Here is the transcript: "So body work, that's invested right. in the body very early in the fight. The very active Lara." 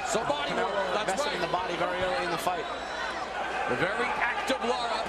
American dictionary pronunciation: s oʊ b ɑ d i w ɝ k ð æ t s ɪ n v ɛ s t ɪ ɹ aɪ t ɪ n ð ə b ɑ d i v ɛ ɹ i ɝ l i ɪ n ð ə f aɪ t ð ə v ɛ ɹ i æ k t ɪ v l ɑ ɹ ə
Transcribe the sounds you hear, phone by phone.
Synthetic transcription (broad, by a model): s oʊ b ɑ d i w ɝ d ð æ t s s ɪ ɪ ɪ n ð ə b ɑ d i v ɛ ɹ i ɝ l i ɪ n ð ə f aɪ t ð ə v ɛ ɹ i æ k t ɪ v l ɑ ɹ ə